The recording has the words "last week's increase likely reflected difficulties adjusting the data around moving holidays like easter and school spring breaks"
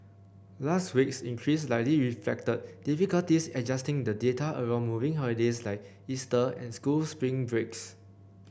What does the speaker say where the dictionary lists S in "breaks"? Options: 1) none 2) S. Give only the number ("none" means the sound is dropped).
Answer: 2